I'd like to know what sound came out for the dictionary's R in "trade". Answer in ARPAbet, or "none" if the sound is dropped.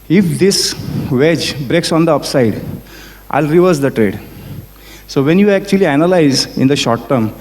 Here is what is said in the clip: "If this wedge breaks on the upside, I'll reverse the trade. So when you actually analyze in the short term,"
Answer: R